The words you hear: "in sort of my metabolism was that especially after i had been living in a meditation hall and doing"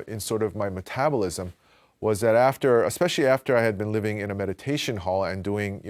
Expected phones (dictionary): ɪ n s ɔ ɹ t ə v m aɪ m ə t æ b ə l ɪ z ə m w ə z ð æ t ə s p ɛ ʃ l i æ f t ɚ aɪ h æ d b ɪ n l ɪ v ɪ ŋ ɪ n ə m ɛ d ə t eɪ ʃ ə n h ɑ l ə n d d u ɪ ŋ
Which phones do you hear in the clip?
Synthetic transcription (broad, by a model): ɪ n s ɔ ɹ t ə v m aɪ m ə t æ b ə l ɪ z ə m w ə z ð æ t ə s p ɛ ʃ l i æ f t ɚ aɪ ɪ d b ɪ n l ɪ v ɪ ŋ ɪ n ə m ɛ d ə t eɪ ʃ ə n h ɑ l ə n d d u ɪ ŋ